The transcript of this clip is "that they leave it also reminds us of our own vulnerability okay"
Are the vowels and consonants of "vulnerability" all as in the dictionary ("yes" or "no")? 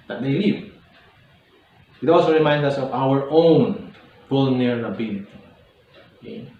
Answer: no